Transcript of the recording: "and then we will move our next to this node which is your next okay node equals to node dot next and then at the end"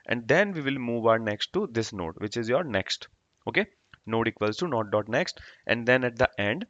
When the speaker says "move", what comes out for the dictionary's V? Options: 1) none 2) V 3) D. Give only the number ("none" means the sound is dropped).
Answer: 2